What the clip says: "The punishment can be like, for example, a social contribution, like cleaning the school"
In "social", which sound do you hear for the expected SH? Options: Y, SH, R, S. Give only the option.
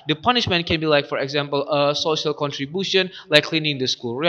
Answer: SH